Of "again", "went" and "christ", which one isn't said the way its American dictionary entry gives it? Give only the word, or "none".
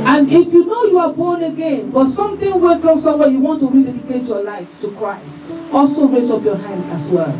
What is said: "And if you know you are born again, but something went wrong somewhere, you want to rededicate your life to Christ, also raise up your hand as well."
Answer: went